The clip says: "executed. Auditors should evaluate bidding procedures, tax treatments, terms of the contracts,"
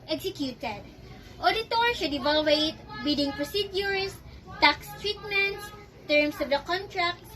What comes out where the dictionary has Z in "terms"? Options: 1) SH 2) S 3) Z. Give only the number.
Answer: 2